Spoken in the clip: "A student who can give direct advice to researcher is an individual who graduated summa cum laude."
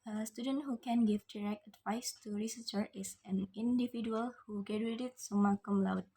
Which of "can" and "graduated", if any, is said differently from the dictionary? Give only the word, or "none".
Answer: graduated